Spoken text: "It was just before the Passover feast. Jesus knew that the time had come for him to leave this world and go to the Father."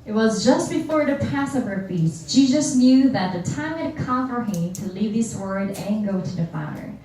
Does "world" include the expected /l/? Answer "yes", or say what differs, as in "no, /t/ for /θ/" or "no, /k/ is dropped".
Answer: no, /l/ is dropped